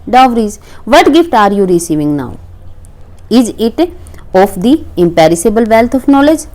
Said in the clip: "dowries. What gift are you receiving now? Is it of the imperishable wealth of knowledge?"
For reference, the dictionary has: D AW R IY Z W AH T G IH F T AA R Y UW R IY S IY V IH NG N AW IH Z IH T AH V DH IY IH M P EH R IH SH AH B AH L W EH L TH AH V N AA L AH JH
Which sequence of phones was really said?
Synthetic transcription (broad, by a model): D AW R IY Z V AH T G IH F T AA R Y UW R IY S IY V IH NG N AW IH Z IH T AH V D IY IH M P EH R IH S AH B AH L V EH L T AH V N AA L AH JH